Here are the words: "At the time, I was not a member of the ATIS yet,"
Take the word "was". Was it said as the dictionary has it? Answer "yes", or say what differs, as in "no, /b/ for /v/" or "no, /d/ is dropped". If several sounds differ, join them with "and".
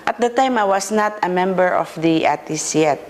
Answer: no, /s/ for /z/